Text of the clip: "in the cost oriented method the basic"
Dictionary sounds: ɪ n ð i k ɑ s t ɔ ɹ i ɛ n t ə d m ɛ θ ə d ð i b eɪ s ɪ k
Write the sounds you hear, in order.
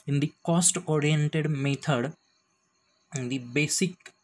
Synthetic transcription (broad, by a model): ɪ n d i k ɑ s t ɔ ɹ i ɛ n t ə d m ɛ t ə d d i b eɪ s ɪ k